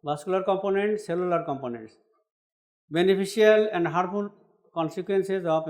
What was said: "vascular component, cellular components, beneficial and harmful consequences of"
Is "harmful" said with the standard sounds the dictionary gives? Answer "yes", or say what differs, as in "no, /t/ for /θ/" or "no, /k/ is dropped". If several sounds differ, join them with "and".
no, /m/ is dropped